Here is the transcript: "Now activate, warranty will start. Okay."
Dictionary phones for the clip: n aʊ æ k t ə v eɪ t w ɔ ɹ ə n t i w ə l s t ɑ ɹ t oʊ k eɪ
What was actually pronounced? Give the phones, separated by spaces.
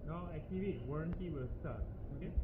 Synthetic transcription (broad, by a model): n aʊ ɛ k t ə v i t w ɔ ɹ ə n t i w ə l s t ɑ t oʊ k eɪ